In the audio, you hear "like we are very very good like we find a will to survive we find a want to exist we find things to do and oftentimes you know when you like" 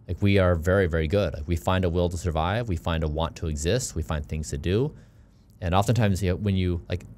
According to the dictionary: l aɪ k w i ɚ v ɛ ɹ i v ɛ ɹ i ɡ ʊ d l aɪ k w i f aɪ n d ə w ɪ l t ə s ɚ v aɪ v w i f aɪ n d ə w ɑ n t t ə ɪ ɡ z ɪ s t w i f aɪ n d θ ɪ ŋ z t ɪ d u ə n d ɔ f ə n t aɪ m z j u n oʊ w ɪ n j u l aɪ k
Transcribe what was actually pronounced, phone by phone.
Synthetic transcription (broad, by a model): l aɪ k w i ɚ v ɛ ɹ i v ɛ ɹ i ɡ ʊ d l aɪ k w i f aɪ n d ə w ɪ l t ə s ɚ v aɪ v w i f aɪ n d ə w ɑ n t t ə ɪ ɡ z ɪ s t w i f aɪ n θ ɪ ŋ z t ɪ d u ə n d ɔ f ə n t aɪ m z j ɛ w ɪ n j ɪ l aɪ k